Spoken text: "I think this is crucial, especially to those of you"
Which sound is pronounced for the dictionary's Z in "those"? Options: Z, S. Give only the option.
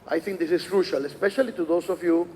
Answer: S